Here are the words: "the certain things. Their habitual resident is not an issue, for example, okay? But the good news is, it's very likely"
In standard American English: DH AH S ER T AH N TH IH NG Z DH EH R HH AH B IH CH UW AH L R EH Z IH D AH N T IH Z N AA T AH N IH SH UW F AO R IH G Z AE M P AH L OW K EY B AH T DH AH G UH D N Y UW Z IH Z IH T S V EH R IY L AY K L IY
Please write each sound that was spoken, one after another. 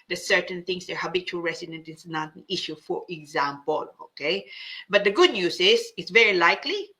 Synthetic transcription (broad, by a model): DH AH S ER T AH N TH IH NG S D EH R HH AH B IH CH UW AH L R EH S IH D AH N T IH S N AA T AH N IH SH UW F AO R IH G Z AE M P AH L OW K EY B AH T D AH G UH D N Y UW S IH S IH T S V EH R IY L AY K L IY